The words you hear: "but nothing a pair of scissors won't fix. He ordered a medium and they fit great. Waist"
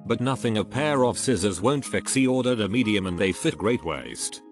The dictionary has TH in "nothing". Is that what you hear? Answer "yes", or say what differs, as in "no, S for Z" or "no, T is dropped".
yes